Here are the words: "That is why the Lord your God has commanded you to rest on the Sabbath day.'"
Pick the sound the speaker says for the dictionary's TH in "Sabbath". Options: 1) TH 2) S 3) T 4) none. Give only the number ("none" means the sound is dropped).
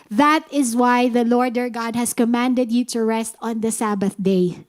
1